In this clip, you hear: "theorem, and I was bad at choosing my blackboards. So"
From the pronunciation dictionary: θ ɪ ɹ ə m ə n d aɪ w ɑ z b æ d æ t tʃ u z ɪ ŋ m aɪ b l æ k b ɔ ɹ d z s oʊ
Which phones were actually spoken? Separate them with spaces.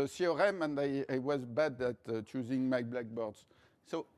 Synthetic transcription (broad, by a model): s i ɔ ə m ə n d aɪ w ɑ z b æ d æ t tʃ u z ɪ ŋ m aɪ b l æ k b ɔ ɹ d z s oʊ